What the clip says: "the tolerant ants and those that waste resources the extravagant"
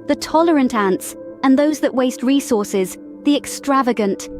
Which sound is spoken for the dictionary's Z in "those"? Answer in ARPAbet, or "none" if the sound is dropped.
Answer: Z